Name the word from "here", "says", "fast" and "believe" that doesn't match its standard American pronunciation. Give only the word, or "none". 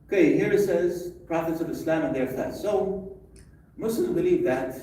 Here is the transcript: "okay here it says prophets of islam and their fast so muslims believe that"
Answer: fast